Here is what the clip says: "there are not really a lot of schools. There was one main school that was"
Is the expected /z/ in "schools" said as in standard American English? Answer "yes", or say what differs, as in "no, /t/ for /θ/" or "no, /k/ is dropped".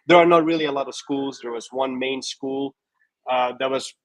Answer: yes